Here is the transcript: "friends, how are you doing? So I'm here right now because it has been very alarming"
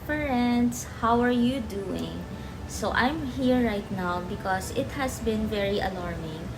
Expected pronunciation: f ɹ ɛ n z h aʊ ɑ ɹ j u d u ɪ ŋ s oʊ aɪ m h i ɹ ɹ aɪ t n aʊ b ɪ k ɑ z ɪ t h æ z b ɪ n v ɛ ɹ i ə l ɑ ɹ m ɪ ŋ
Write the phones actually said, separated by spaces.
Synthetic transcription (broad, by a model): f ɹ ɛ n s h aʊ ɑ ɹ j u d u ɪ ŋ s oʊ aɪ m h i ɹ ɹ aɪ t n aʊ b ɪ k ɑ s ɪ t h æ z b ɪ n v ɛ ɹ i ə l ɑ ɹ m ɪ ŋ